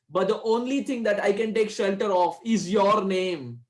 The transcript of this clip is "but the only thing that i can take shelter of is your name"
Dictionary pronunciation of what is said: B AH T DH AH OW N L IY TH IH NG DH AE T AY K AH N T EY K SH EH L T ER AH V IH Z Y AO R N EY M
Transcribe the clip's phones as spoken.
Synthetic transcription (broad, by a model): B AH T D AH OW N L IY T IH NG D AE T AY K AH N T EY K SH EH L T ER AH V IH Z Y AO R N EY M